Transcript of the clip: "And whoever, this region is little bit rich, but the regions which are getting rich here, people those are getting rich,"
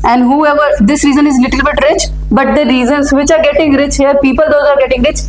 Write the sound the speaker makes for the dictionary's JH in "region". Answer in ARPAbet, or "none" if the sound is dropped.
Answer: Z